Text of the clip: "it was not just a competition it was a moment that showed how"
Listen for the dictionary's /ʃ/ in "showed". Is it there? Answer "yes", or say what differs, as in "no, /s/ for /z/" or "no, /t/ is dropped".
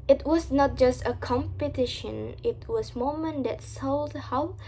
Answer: no, /s/ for /ʃ/